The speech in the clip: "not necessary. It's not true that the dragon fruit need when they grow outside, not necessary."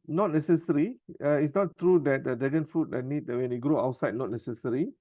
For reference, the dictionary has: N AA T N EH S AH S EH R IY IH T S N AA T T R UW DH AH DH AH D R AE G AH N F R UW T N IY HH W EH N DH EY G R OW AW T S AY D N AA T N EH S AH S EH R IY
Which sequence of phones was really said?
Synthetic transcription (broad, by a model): N AA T N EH S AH S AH R IY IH T S N AA T T R UW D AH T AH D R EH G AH N F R UW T N IY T W EH N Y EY G R OW AW T S AY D N AA T N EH S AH S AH R IY